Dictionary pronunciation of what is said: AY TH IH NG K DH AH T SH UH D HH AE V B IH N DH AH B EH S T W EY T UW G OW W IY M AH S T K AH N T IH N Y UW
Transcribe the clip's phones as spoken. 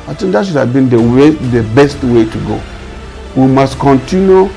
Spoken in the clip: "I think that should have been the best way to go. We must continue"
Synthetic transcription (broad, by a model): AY T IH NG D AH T SH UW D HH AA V B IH N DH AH B EH S T W EY T UW G OW W IY M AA S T K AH N T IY N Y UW